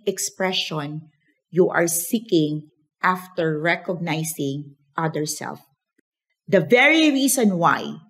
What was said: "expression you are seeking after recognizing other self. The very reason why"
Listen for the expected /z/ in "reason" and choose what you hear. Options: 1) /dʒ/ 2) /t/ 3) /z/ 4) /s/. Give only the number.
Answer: 4